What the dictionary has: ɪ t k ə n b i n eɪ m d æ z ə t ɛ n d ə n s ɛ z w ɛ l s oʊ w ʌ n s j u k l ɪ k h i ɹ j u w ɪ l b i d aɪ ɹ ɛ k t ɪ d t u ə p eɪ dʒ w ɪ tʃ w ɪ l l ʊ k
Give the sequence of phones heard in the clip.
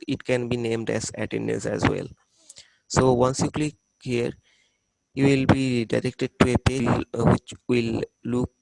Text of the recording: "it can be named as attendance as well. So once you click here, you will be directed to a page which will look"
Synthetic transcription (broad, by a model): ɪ t k ə n b i n eɪ m d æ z ə t ɛ n d ə n s ɛ z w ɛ l s oʊ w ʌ n s j u k l ɪ k h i ɹ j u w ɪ l b i d aɪ ɹ ɛ k t ɪ d t u ə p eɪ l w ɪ tʃ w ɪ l l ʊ k